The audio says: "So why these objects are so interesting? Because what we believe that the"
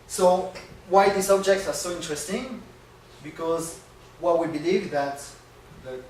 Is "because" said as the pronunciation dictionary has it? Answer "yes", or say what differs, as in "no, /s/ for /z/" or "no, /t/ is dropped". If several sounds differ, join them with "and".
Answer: yes